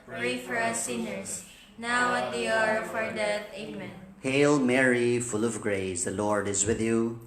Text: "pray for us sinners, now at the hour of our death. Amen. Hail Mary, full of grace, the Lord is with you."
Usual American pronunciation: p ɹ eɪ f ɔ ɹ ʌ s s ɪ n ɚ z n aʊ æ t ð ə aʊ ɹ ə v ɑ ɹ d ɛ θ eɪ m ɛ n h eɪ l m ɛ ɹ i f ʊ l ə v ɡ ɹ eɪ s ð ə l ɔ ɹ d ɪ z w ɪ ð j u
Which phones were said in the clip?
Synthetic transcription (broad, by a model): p ɹ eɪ f ɔ ɹ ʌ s s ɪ n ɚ s n aʊ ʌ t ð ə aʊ ɹ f ɑ ɹ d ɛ t eɪ m ɛ n h eɪ l m ɛ ɹ i f ʊ l ə v ɡ ɹ eɪ s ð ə l ɔ ɹ d ɪ z w ɪ ð j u